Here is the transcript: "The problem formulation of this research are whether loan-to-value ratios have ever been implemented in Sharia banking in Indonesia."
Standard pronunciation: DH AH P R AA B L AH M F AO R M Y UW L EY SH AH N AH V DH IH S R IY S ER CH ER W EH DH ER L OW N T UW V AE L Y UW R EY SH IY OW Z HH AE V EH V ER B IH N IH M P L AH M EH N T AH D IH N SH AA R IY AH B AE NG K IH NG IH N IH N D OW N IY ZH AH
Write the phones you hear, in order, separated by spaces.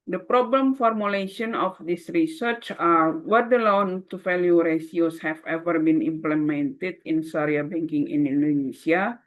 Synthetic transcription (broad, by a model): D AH P R AA B L AH M F AO R M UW L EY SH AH N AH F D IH S R IY S ER CH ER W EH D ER L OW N T UW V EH L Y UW R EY S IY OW S HH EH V EH V ER B IH N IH M P L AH M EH N T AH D IH N S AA R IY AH B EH NG K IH NG IH N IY N D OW N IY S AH